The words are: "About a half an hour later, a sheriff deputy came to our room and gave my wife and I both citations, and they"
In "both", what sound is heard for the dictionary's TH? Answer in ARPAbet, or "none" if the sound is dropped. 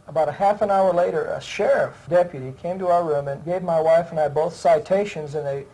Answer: TH